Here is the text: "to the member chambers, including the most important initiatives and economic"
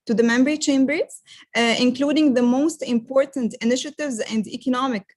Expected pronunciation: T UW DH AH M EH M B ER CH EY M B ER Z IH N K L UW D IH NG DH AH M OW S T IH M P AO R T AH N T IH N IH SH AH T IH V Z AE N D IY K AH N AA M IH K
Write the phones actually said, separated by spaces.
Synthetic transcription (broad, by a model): T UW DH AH M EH M B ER CH EY M B ER Z IH N K L UW D IH NG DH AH M OW S T IH M P AO R T AH N T IH N IH SH AH T IH V Z AE N D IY K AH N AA M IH K